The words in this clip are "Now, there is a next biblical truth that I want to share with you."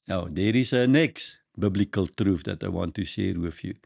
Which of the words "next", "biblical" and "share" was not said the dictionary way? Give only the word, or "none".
none